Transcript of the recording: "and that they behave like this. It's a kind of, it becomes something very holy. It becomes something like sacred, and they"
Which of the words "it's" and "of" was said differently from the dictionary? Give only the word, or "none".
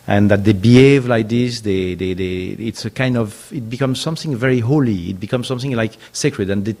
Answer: none